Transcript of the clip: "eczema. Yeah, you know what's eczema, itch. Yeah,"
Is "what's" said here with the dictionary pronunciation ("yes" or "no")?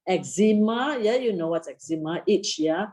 no